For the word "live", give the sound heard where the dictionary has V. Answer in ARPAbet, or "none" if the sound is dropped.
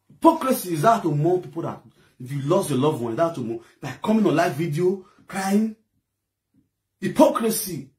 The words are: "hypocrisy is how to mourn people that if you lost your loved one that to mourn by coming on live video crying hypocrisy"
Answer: F